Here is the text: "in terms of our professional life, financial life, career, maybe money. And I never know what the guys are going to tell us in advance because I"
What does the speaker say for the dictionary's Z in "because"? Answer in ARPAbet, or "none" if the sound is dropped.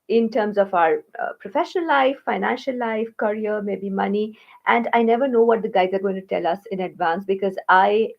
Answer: Z